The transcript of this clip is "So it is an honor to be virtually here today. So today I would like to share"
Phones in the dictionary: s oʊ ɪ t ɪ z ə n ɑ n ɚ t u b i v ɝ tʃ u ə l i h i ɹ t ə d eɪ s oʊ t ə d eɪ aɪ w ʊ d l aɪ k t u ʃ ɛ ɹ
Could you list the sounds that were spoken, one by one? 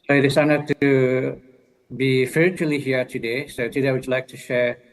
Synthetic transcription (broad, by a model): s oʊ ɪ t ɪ s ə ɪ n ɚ t u b i f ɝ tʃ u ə l i h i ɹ t ə d eɪ s oʊ t ə d eɪ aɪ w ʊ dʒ l aɪ k t u ʃ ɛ ɹ